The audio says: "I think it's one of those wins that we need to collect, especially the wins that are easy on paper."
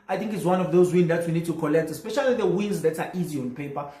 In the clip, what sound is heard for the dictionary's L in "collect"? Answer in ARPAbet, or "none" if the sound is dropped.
L